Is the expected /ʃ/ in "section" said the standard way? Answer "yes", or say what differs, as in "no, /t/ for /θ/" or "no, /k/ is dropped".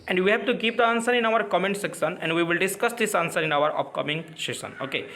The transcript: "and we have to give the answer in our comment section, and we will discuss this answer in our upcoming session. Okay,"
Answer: no, /s/ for /ʃ/